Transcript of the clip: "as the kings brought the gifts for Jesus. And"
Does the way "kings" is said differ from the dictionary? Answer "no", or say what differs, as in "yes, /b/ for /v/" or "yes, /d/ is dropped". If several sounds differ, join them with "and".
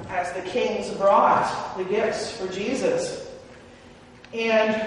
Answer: no